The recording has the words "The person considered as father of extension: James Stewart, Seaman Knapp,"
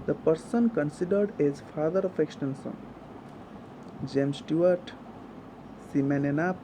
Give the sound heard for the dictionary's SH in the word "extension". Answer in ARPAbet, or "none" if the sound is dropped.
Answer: S